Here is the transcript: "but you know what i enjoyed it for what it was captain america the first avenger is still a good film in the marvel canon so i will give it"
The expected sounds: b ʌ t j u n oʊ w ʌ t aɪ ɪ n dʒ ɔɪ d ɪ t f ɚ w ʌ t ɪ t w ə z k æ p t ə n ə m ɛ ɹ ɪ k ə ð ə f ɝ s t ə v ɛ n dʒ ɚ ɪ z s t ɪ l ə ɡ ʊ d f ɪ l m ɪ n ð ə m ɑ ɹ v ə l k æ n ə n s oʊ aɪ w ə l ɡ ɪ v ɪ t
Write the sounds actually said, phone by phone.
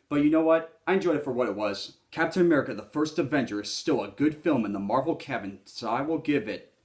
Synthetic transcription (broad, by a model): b ʌ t j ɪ n oʊ w ʌ t aɪ ɪ n dʒ ɔɪ d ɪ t f ɚ w ʌ t ɪ t w ə z k æ p t ə n ə m ɛ ɹ ɪ k ə ð ə f ɝ s t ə v ɛ n tʃ ɚ ɪ z s t ɪ l ə ɡ ʊ d f ɪ l m ɪ n ð ə m ɑ ɹ v l k æ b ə n s oʊ aɪ w ə l ɡ ɪ v ɪ t